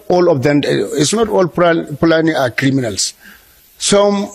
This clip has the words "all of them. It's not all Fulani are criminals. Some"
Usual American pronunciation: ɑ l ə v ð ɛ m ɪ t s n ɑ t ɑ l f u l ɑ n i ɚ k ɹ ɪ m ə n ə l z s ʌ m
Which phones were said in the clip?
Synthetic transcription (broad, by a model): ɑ l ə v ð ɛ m ɪ t s n ɑ t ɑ l p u l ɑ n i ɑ k ɹ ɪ m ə n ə l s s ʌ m